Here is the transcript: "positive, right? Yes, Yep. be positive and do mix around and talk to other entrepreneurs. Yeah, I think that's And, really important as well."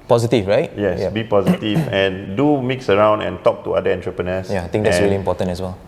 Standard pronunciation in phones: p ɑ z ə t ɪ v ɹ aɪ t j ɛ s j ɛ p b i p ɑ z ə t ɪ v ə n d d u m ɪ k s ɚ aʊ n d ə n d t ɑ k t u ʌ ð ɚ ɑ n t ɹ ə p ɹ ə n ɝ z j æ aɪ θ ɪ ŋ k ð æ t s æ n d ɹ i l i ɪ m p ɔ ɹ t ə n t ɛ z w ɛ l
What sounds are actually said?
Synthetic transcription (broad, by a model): p ɑ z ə t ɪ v ɹ aɪ t j ɛ j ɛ b i p ɑ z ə t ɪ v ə n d d u m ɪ k s ɚ aʊ n d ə n t ɑ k t u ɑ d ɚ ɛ n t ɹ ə p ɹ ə n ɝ s j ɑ aɪ t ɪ ŋ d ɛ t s ɹ i l i m p ɔ t ə n ɛ s w ɛ l